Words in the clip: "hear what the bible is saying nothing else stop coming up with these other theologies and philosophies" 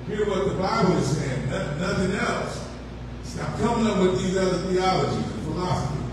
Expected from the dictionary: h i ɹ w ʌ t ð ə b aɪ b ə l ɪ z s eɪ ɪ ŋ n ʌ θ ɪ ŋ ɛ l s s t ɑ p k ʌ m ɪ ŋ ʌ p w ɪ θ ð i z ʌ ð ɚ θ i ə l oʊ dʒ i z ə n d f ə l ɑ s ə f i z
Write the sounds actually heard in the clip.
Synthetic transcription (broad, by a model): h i ɹ w ʌ t ð ə b aɪ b l ɪ z s eɪ ɪ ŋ n ʌ θ ɪ ŋ ɛ l s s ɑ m k ʌ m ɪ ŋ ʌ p w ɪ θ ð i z ʌ ð ɚ θ i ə l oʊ dʒ i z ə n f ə l ɑ s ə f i